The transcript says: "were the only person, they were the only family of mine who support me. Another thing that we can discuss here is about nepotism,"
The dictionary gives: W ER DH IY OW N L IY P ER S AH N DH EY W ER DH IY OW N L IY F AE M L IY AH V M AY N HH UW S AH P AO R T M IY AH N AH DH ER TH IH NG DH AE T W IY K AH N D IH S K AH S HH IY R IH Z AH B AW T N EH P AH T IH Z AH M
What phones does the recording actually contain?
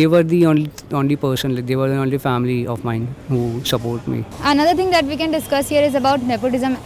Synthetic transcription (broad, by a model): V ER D IY OW N L IY P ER S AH N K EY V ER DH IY OW N L IY F AE M L IY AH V M AY N HH UW S AH P AO R T M IY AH N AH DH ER T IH NG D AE T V IY K AH N D IH S K AH S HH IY R IH Z AH B AW T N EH P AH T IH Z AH M